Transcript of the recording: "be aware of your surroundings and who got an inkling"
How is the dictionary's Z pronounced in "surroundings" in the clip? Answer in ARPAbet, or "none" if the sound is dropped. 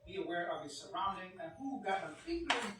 none